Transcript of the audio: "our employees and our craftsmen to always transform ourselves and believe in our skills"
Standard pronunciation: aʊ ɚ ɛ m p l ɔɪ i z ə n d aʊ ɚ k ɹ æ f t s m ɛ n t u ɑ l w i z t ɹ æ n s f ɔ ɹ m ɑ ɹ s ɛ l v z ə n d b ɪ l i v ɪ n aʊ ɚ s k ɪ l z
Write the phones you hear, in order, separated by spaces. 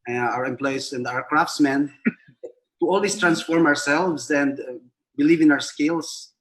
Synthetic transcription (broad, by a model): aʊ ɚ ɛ m p l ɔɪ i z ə n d aʊ ɚ k ɹ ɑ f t s m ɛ n t u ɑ l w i s t ɹ æ n s f ɔ ɹ m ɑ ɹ s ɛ l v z ə n d b ɪ l i v ɪ n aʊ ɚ s k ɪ l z